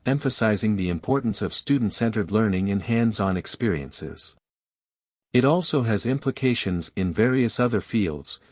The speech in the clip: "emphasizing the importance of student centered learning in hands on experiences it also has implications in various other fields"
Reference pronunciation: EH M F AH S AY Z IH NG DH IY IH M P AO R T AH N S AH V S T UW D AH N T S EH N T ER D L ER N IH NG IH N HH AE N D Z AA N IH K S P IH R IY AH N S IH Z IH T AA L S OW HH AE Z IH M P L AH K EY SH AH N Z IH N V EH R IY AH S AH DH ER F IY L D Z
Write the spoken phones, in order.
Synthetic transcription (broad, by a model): EH M F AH S AY Z IH NG DH IY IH M P AO R T N S AH V S T UW D N T S EH N T ER D L ER N IH NG IH N HH AE N D Z N IH K S P IH R IY AH N S IH Z IH T AA L S OW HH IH Z IH M P L AH K EY SH AH N Z IH N V EH R IY AH S AH DH ER F IY L D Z